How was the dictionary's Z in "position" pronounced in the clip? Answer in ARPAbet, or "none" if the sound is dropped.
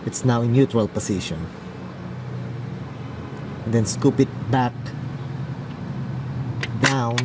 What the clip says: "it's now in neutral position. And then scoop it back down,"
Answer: S